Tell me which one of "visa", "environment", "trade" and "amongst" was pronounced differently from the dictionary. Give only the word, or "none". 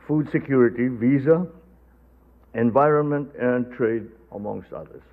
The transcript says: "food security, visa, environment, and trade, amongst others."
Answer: none